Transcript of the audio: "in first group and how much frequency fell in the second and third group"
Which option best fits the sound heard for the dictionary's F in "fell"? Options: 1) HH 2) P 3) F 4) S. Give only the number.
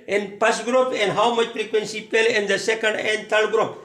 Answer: 2